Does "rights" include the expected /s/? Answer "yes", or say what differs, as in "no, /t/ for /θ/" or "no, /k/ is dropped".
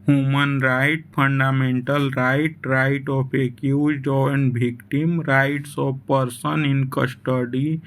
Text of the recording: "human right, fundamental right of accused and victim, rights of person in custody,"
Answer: yes